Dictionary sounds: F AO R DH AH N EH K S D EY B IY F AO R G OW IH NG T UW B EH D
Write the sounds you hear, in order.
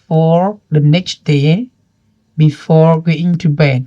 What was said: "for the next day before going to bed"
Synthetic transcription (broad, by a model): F AO R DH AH N EH K S D EY B IY F AO R G OW IH NG T UW B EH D